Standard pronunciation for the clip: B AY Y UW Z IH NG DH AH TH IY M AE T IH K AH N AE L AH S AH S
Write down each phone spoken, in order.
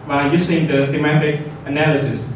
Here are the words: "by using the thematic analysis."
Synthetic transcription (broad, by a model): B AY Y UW S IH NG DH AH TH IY M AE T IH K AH N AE L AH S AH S